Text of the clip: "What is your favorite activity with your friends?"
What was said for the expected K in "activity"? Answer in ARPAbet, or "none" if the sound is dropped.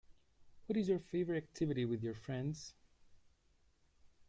K